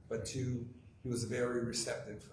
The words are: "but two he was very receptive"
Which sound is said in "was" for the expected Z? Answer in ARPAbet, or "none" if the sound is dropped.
Z